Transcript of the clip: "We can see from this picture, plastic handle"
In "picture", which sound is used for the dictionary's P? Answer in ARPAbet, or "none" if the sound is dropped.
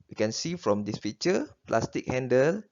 F